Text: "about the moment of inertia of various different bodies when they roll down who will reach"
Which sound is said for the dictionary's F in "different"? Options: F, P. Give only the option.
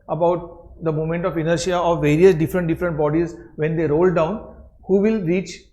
F